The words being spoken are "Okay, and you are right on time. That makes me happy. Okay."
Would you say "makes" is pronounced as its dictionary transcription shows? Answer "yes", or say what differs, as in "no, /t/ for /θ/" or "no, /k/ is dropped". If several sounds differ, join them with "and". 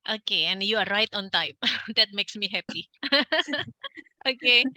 yes